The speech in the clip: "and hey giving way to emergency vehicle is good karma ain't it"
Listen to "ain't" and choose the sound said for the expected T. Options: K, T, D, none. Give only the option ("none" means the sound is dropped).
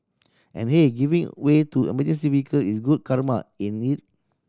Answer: none